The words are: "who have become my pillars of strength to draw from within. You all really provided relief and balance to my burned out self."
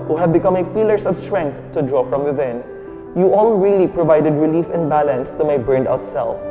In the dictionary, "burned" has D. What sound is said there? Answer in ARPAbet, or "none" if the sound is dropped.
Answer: D